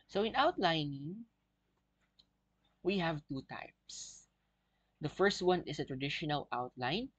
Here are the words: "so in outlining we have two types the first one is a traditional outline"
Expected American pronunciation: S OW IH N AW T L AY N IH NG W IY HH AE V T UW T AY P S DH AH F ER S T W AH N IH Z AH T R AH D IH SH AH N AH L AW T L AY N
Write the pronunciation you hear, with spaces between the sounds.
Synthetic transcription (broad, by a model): S OW IH N AW T L AY N IH NG W IY HH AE V T UW T AY P S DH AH F ER S T W AH N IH S AH T R AH D IH SH AH N AH L AW T L AY N